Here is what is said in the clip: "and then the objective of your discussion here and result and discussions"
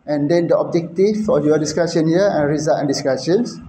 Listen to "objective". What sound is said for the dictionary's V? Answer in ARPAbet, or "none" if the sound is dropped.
F